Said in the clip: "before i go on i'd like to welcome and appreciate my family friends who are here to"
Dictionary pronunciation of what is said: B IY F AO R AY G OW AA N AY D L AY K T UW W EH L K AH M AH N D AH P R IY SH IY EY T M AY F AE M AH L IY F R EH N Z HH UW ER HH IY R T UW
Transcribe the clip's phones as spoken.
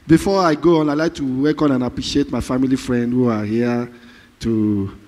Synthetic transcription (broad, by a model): B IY F AO AY G OW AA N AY L AY K T UW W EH K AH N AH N AH P R IY SH IY EY T M AY F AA M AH L IY F R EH N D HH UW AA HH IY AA T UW